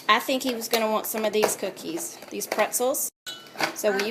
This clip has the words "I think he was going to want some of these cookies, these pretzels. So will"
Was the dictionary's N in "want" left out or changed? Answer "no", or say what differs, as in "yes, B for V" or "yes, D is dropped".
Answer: no